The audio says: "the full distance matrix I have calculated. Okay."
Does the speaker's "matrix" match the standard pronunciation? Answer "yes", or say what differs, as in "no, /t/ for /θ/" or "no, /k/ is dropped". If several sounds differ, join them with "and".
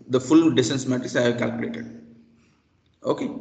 no, /k/ is dropped